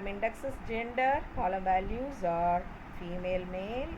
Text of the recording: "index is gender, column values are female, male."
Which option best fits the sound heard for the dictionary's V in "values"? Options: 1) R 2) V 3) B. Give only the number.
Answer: 2